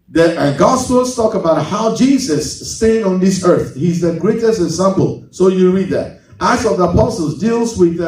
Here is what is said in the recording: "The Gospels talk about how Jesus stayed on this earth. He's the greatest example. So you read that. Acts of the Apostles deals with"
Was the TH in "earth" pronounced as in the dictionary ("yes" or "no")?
yes